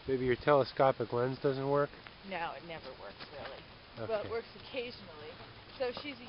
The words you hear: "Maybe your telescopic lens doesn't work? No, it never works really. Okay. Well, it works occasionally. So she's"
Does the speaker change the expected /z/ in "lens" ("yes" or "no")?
no